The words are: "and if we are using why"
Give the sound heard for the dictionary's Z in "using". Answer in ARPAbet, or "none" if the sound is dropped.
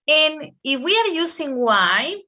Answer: S